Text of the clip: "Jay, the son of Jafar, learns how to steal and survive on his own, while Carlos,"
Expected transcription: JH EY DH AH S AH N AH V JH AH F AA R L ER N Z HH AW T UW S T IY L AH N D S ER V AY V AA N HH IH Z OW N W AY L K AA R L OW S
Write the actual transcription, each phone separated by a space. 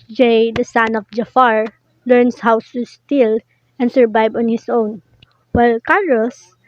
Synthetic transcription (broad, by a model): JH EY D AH S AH N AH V JH AH F AA R L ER N S HH AW S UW S T IY L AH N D S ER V AY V AA N HH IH S OW N W AY L K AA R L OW S